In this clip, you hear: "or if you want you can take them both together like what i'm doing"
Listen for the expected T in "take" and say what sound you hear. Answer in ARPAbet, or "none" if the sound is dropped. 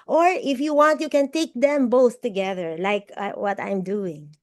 T